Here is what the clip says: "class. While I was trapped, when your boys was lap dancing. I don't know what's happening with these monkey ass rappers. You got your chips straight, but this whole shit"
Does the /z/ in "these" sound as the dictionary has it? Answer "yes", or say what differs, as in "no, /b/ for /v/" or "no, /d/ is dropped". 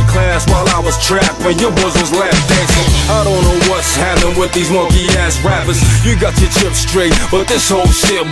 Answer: yes